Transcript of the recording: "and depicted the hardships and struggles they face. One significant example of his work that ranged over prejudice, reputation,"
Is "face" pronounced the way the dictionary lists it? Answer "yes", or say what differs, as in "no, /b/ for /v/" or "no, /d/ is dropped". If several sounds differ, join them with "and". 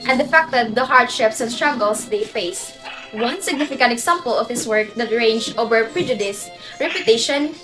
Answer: yes